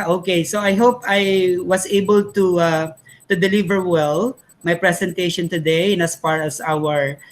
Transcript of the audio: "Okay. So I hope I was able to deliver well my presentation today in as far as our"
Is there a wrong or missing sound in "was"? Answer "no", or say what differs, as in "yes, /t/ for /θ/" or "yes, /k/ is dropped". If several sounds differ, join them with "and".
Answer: yes, /s/ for /z/